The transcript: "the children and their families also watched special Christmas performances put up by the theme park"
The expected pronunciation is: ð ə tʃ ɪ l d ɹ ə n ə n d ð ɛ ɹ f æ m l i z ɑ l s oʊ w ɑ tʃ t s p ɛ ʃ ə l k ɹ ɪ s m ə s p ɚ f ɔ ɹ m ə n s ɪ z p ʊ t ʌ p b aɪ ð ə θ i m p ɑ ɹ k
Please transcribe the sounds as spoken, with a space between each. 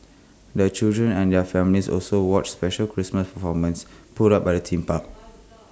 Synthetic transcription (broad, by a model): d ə tʃ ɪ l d ɹ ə n ə n d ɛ f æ m l i s ɑ l s oʊ w ɑ tʃ s p ɛ ʃ ə l k ɹ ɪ s m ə s p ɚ f ɔ m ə n s p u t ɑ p b aɪ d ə t i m p ɑ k